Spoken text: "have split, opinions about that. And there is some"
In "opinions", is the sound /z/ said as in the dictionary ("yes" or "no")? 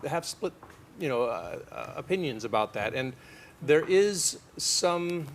yes